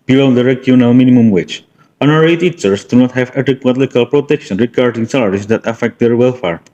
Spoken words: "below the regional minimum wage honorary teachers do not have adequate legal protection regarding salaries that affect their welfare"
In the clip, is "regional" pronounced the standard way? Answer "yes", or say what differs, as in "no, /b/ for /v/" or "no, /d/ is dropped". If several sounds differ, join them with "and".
no, /w/ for /l/